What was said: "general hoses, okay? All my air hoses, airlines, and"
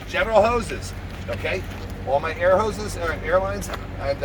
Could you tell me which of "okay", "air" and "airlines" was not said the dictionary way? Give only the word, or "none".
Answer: none